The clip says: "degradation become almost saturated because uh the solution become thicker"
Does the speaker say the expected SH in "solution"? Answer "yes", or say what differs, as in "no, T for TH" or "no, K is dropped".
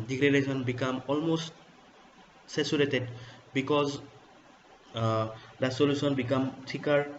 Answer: no, S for SH